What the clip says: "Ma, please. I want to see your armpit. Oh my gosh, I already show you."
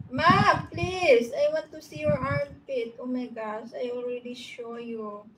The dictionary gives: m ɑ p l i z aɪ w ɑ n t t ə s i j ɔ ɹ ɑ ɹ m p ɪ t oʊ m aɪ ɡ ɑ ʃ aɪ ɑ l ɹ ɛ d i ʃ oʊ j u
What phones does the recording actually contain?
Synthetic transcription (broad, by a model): m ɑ p l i s aɪ w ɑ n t t ə s i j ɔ ɹ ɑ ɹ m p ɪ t oʊ m aɪ ɡ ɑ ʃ aɪ ɑ l ɹ ɛ d i ʃ oʊ j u